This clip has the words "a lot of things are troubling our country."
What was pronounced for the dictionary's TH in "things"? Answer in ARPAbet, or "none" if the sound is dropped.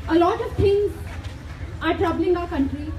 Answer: T